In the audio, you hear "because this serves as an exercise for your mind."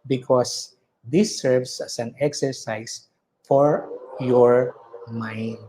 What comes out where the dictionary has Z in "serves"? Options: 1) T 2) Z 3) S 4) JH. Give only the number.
3